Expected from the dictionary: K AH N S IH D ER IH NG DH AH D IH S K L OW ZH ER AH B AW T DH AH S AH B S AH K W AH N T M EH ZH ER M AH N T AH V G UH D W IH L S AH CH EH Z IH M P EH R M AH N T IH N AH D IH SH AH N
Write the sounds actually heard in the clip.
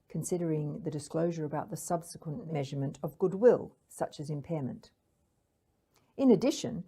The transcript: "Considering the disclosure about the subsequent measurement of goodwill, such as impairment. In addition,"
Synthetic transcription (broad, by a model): K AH N S IH D ER IH NG DH AH D IH S K L OW ZH ER AH B AW T DH AH S AH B S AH K W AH N M EH ZH ER M AH N T AH V G UH D W IH L S AH CH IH Z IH M P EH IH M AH N T IH N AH D IH SH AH N